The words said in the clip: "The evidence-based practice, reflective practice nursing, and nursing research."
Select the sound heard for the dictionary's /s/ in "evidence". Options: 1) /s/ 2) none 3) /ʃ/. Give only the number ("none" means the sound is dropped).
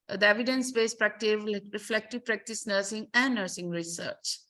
1